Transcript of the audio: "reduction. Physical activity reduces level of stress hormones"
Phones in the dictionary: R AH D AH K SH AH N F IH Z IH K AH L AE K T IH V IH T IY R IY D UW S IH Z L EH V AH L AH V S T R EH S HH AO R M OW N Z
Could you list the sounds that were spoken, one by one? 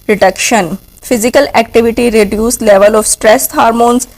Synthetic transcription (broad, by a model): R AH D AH K SH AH N F IH Z IH K AH L AE K T IH V IH T IY R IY D UW S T L EH V AH L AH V S T R EH S HH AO R M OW N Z